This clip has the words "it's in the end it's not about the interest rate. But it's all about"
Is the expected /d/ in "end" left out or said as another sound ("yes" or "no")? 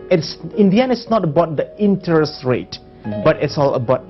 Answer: yes